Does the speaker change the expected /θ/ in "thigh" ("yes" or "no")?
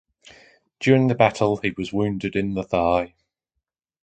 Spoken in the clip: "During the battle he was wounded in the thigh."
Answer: no